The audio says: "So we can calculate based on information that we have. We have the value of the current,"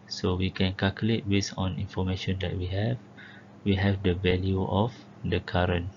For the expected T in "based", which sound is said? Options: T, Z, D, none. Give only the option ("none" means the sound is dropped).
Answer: none